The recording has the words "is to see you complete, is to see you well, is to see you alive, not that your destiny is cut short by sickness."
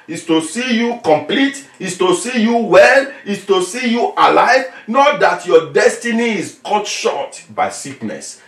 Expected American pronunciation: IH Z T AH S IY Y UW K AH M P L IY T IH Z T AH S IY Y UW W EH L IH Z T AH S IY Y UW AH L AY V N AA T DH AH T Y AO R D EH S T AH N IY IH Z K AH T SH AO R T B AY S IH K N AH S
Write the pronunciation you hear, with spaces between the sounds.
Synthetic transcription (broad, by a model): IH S T AH S IY Y UW K AH M P L IY T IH S T AH S IY Y UW W EH L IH S T AH S IY Y UW AH L AY V N AA T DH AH T Y AO D EH S T AH N IY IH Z K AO T SH AO T B AY S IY K N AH S